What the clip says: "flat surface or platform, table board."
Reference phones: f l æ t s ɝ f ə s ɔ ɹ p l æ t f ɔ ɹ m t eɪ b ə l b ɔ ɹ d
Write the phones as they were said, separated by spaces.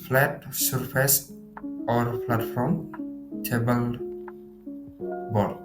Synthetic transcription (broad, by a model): f l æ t s ɝ f ə s ɔ ɹ f l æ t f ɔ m t eɪ b ə l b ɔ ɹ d